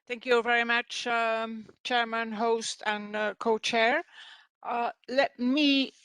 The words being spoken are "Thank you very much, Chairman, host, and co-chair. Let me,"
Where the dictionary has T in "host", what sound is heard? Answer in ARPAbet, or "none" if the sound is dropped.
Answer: T